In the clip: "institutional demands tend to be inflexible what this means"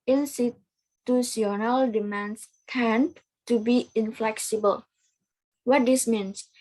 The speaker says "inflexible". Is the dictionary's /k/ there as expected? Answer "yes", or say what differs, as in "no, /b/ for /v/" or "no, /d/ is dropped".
yes